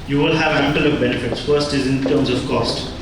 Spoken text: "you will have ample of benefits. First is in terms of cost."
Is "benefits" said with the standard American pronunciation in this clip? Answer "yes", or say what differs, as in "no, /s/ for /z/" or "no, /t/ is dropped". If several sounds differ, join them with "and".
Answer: yes